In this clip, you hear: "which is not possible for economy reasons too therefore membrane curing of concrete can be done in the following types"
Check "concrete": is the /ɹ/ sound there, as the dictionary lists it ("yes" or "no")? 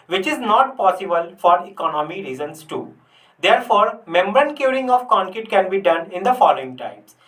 no